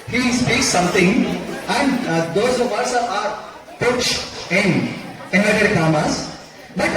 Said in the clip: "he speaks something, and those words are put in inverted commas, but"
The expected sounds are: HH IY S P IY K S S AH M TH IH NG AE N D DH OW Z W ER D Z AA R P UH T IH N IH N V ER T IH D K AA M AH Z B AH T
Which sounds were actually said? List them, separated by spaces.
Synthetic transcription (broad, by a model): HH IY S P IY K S S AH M T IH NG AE N D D OW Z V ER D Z AA R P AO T IH N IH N ER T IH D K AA M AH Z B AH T